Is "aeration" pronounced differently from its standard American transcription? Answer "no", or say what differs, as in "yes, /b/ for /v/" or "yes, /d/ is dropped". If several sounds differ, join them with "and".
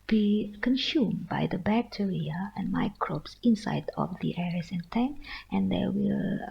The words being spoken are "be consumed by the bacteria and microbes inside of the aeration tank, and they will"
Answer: yes, /s/ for /ʃ/